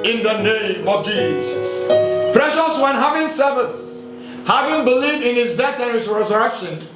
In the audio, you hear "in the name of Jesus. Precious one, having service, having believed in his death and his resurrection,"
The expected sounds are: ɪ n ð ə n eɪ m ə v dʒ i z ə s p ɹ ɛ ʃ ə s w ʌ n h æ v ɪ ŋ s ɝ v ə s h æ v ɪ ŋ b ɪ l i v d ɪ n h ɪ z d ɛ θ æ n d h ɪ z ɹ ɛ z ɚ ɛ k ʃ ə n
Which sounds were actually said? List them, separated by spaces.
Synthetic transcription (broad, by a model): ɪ n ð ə n eɪ m ə v dʒ i z ə s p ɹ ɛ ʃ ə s w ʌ n h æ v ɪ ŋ s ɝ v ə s h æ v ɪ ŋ b ɪ l i v d ɪ n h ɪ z d ɛ θ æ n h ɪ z ɹ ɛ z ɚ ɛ k ʃ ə n